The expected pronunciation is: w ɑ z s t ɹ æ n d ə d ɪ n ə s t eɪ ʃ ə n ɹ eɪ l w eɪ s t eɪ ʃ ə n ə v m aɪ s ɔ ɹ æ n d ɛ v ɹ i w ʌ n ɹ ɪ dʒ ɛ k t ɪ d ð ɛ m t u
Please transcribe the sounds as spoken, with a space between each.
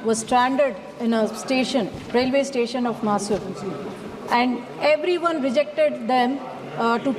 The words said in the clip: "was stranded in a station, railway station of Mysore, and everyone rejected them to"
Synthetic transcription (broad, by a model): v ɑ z s t ɹ æ n d ə d ɪ n ə s t eɪ ʃ ə n ɹ eɪ l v eɪ s t eɪ ʃ ə n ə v m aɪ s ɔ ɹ æ n d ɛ v ɹ i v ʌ n ɹ ɪ dʒ ɛ k t ɪ d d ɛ m t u